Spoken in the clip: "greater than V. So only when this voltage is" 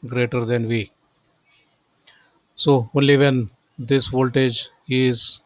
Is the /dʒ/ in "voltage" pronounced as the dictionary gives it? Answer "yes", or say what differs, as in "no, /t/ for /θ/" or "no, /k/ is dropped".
yes